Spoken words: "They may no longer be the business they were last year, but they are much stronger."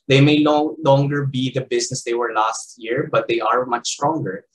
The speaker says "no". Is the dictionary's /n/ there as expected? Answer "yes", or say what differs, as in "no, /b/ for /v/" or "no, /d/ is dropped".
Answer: no, /l/ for /n/